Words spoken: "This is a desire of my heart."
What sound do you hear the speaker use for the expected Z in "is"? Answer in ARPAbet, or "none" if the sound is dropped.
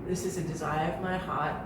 Z